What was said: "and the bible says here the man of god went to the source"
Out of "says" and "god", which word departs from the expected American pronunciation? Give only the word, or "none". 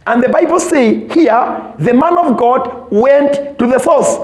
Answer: says